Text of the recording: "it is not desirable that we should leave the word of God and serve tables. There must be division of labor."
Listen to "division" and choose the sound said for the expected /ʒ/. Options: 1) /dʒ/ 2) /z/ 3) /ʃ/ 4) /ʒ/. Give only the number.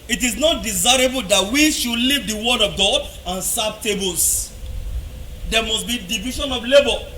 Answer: 3